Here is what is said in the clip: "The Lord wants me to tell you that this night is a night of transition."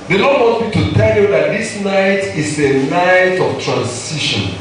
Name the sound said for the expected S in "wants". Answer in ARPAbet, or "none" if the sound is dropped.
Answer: none